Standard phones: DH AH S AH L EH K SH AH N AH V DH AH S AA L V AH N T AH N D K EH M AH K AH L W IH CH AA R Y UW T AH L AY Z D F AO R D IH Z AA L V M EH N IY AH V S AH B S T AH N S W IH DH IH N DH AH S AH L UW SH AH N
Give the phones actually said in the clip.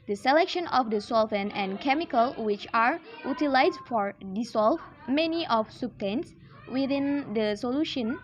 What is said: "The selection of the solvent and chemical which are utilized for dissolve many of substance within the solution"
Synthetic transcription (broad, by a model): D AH S AH L EH K SH AH N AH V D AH S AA L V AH N AH N K EH M AH K AH L W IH CH AA R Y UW T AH L AY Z F AO R D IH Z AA L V M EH N IY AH F S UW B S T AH N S W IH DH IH N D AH S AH L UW SH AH N